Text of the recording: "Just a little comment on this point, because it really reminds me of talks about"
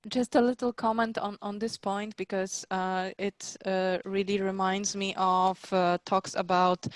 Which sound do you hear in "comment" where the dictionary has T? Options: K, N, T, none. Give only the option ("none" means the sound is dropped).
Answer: T